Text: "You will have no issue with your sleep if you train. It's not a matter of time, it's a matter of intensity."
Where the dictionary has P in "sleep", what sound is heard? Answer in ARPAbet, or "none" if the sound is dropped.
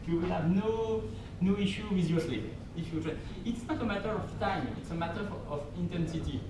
none